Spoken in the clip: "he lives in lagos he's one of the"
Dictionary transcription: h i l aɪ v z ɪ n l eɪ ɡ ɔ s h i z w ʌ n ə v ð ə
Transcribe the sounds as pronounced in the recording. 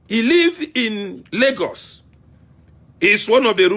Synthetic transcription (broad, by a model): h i l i v ɪ n l eɪ ɡ ɔ s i s w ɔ n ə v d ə